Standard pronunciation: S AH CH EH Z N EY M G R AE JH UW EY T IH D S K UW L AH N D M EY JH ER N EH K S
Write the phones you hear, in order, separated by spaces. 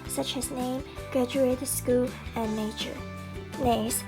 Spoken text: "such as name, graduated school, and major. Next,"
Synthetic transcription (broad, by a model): S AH CH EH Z N EY M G R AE JH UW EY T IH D S K UW L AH N EY CH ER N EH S